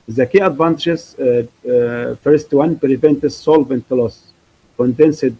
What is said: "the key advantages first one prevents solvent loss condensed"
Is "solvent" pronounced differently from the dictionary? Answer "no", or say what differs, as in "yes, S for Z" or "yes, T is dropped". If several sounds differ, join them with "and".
no